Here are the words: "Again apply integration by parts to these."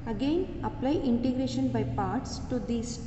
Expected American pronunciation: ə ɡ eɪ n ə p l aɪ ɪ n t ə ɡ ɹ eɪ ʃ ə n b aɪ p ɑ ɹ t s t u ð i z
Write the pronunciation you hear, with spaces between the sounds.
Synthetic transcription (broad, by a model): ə ɡ eɪ n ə p l aɪ ɪ n t ə ɡ ɹ eɪ ʃ ə n b aɪ p ɑ ɹ t s t u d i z